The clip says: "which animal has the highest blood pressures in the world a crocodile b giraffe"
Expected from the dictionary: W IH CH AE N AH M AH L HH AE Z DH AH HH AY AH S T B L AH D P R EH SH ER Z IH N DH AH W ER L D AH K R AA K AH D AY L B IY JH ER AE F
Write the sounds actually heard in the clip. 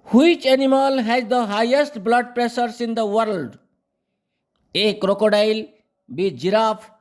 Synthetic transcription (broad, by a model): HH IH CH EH N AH M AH L HH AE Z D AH HH AY AH S T B L AH D P R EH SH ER S IH N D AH W ER L D AH K R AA K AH D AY L B IY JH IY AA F